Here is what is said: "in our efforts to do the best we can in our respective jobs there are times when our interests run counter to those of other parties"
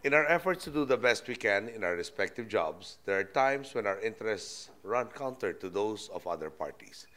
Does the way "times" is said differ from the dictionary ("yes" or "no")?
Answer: yes